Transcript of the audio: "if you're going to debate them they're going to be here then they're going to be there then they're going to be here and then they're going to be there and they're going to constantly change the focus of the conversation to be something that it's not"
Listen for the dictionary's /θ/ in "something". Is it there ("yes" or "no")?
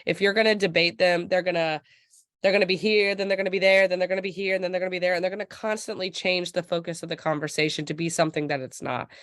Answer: yes